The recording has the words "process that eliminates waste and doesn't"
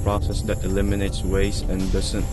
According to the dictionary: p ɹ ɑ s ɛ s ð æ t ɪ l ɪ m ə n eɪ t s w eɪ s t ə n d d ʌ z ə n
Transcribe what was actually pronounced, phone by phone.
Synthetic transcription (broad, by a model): p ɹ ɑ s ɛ s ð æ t ɪ l ɪ m ə n eɪ t s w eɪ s ə n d d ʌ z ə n